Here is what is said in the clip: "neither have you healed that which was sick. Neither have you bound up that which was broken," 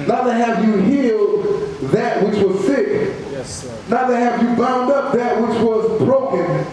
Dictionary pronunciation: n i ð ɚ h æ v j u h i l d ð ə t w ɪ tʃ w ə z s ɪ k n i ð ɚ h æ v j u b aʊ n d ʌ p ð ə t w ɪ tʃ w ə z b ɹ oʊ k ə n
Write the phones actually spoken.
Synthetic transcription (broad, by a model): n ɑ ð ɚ h æ v j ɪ h i l d ð ə t w ɪ tʃ w ə z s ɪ k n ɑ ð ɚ h æ v j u b aʊ n d ʌ p ð ə t w ɪ tʃ w ə z b ɹ oʊ k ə n